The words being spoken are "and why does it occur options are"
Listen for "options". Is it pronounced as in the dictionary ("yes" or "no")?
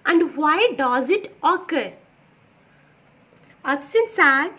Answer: no